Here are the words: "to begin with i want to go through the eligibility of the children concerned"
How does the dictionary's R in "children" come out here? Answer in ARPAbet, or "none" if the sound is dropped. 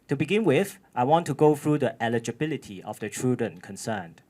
none